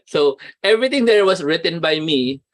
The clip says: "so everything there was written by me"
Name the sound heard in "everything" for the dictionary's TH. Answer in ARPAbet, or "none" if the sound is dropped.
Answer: T